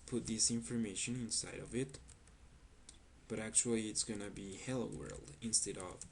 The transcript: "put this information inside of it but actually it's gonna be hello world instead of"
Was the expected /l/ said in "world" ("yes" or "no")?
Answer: yes